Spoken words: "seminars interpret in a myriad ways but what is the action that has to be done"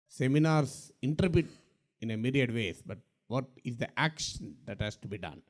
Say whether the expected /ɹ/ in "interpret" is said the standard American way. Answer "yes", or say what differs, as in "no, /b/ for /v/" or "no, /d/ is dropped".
no, /ɹ/ is dropped